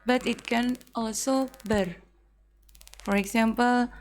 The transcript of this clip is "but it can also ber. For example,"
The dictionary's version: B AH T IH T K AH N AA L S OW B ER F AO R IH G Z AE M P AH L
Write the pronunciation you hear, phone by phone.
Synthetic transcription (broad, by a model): B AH T IH T K AH N AA L S OW B ER F AO R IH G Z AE M P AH L